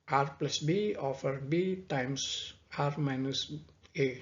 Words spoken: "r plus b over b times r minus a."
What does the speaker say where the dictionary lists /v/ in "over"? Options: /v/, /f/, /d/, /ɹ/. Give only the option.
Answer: /f/